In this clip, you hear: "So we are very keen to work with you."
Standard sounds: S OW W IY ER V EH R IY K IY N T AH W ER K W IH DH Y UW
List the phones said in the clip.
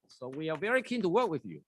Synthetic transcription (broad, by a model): S OW W IY ER V EH R IY K IY N T AH W ER K W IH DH Y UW